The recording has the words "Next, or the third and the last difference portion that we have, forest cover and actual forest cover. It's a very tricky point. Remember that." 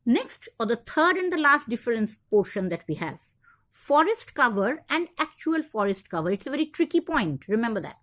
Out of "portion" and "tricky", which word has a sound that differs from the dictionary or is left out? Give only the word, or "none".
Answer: none